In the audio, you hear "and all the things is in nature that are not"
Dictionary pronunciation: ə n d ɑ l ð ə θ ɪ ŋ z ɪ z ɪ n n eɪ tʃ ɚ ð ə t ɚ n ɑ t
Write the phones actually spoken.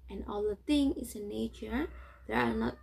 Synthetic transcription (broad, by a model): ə n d ɑ l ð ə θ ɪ ŋ ɪ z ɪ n n eɪ tʃ ɚ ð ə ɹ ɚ n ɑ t